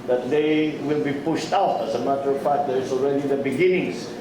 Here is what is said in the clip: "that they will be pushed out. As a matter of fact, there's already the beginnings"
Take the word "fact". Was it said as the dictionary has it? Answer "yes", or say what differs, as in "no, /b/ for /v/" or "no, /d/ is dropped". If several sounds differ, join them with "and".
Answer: no, /p/ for /f/